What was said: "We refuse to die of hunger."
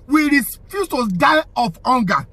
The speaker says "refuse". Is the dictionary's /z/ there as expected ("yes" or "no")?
no